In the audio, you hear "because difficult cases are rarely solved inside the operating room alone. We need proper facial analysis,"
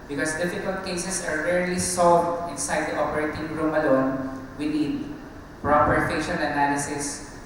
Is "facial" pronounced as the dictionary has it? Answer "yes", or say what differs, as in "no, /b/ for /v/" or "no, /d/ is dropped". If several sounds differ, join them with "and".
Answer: no, /n/ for /l/